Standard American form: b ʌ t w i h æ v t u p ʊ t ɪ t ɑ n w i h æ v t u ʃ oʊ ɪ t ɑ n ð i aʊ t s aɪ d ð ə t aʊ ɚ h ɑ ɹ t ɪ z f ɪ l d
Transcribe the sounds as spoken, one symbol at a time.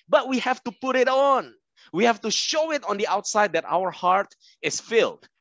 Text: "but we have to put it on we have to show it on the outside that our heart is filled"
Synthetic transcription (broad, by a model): b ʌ t w i h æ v t u p ʊ t ɪ t ɑ n w i h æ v t u ʃ oʊ ɪ t ɑ n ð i aʊ t s aɪ d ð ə t aʊ ɚ h ɑ ɹ t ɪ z f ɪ l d